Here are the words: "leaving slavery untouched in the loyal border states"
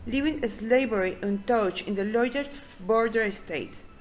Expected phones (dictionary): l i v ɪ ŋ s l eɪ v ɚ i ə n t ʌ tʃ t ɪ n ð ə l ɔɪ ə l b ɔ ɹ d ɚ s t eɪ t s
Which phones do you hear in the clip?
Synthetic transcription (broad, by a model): l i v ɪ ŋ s l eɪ b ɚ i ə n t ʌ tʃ ɪ n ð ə l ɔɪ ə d b ɔ ɹ d ɚ s t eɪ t s